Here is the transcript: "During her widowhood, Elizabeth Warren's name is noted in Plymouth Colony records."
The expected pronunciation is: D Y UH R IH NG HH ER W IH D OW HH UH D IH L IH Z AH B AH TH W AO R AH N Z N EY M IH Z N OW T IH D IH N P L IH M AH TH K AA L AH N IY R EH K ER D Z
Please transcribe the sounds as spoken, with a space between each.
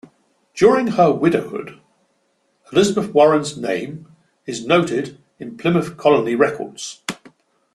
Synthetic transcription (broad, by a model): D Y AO R IH NG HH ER W IH D OW HH UH D IH L IH Z AH B AH TH W AO R AH N Z N EY M IH Z N OW T IH D IH N P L IH M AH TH K AA L AH N IY R EH K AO D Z